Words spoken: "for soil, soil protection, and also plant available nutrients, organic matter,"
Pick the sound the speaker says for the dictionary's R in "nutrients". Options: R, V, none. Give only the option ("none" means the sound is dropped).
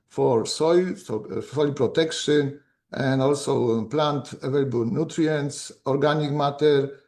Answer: R